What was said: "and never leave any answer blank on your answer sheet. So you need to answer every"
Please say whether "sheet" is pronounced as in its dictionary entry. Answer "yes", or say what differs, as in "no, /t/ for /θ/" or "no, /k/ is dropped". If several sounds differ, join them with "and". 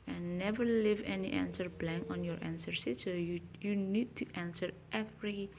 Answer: no, /s/ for /ʃ/